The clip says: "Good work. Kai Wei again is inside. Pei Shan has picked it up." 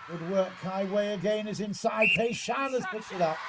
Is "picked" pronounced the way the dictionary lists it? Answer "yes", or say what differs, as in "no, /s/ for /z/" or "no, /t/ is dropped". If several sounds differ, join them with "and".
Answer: no, /k/ is dropped